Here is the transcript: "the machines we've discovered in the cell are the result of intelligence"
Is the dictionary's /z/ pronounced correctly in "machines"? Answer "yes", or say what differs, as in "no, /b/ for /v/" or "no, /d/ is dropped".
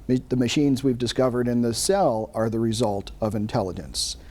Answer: yes